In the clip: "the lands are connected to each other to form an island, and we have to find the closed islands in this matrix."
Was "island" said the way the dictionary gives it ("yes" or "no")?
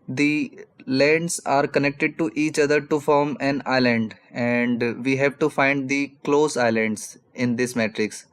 yes